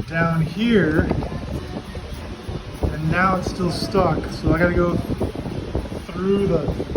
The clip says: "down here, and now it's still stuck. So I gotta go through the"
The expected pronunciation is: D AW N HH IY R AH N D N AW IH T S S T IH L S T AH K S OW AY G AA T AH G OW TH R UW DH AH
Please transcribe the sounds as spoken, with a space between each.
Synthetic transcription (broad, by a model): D AW N HH IY R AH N N AW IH T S S T IH L S T AH K S OW AY G AA T AH G OW TH R UW DH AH